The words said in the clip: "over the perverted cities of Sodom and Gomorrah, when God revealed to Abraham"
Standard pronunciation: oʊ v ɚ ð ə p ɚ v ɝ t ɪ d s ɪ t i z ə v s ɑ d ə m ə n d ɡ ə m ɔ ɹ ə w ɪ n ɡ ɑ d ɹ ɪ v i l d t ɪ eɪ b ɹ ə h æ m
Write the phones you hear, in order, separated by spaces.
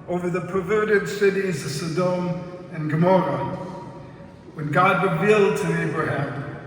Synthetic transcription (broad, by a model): oʊ v ɚ ð ə p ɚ v ɝ t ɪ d s ɪ t i z ə v s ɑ d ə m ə n ɡ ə m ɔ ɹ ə w ɪ n ɡ ɑ d ɹ ɪ v i l d t ɪ eɪ b ɹ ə h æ m